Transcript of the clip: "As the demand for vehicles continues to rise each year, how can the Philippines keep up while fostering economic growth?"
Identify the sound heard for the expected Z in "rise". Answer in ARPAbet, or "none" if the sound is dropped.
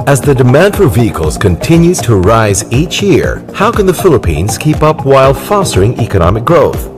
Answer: Z